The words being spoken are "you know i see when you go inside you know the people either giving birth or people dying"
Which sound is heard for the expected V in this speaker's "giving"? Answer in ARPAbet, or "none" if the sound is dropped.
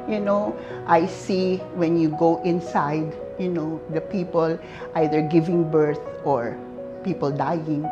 V